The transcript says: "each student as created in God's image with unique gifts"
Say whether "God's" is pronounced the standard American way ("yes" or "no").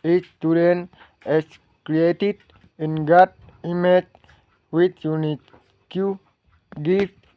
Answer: no